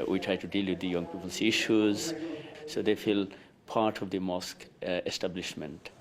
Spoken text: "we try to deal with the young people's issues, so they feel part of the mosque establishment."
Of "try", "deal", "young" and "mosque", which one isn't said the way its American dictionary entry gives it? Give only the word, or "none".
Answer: none